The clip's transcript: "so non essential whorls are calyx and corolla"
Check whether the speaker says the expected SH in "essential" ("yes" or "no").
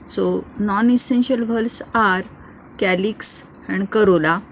yes